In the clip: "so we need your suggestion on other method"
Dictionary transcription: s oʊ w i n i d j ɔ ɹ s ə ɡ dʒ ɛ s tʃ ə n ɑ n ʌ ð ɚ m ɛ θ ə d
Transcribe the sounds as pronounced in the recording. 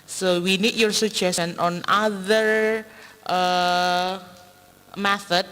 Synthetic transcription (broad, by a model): s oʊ w i n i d j ɔ ɹ s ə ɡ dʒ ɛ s ə n ɑ n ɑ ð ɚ m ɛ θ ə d